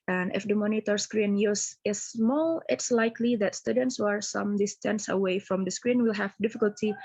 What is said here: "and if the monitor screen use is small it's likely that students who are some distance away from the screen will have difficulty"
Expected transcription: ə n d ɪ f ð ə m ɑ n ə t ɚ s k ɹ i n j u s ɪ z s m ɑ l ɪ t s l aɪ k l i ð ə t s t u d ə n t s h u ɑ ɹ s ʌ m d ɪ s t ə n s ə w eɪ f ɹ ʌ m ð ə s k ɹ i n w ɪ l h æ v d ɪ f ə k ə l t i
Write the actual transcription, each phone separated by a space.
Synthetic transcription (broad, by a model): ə n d ɪ f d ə m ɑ n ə t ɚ s k ɹ i n j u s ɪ s m ɑ l ɪ t s l aɪ k l i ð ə t s t u d ə n t s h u ɑ ɹ s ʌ m d ɪ s t ə n s ə w eɪ f ɹ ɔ m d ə s k ɹ i n w ɪ l h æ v d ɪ f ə k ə l t i